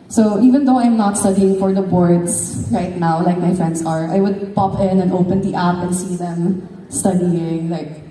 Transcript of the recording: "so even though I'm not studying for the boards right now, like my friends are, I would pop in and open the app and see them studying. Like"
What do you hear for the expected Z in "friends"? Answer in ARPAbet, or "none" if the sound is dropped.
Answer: S